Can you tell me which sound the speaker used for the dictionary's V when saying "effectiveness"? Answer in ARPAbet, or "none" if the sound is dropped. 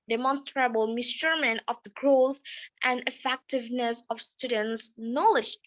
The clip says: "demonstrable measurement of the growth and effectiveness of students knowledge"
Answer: V